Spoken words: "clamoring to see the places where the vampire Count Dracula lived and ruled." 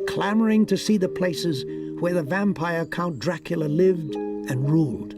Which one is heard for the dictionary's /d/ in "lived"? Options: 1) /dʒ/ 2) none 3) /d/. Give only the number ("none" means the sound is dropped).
3